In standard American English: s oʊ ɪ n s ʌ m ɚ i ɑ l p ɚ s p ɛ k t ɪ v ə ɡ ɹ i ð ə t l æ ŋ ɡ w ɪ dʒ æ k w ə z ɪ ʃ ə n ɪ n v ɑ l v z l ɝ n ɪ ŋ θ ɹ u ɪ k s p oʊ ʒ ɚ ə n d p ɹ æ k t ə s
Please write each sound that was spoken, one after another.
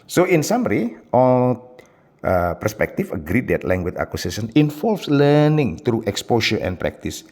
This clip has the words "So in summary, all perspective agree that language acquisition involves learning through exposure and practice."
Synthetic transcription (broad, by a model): s oʊ ɪ n s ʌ m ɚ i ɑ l p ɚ s p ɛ k t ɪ f ə ɡ ɹ i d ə t l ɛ ŋ ɡ w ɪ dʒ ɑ k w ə s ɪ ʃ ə n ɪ n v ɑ l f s l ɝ n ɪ ŋ t ɹ u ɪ k s p oʊ ʃ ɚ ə n p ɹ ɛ k t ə s